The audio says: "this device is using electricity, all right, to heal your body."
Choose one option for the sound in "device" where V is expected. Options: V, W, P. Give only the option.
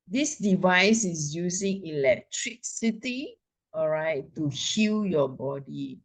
V